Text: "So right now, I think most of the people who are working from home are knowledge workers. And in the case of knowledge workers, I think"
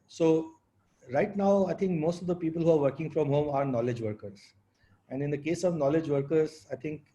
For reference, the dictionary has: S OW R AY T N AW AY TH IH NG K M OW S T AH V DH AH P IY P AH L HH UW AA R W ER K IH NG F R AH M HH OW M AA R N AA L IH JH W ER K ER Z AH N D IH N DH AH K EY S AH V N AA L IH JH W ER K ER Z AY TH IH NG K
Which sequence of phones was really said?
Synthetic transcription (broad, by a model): S OW R AY T N AW AY T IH NG K M OW S T AH V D AH P IY P AH L HH UW AA R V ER K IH NG F R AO M HH OW M AA R N AA L IH JH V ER K ER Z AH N D IH N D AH K EY S AH V N AA L IH JH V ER K ER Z AY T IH NG K